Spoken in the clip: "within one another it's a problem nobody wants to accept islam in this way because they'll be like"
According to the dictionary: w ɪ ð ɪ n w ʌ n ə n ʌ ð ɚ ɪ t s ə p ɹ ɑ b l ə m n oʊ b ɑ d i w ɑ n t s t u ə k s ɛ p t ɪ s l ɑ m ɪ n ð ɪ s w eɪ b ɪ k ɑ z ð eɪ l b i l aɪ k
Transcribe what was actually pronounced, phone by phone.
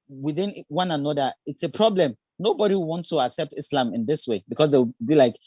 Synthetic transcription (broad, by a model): w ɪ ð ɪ n w ʌ n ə n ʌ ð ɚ ɪ t s ə p ɹ ɑ b l ə m n oʊ b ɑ d i w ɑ n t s t u ə k s ɛ p t ɪ s l ɑ m ɪ n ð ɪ s w eɪ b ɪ k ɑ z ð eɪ w b i l aɪ k